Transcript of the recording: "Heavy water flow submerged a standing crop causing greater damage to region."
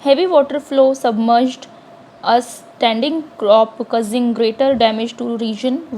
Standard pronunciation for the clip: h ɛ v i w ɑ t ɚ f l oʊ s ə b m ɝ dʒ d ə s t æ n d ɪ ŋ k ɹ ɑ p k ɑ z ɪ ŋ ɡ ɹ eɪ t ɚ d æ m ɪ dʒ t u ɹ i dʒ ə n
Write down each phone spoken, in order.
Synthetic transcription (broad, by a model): h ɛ v i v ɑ t ɚ f l oʊ s ə b m ɝ dʒ d ə s t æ n d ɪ ŋ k ɹ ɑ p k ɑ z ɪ ŋ ɡ ɹ eɪ t ɚ d æ m ɪ dʒ t u ɹ i dʒ ə n